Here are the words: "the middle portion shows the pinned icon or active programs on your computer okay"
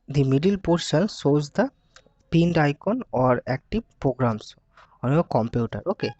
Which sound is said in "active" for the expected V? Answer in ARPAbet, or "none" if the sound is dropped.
B